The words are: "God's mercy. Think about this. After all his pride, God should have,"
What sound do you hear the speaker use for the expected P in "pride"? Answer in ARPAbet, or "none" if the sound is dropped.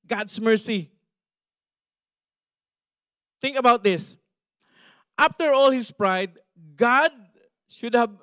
P